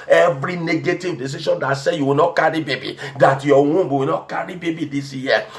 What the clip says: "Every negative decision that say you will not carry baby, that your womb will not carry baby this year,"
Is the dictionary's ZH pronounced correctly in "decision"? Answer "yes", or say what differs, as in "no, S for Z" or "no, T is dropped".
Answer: no, SH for ZH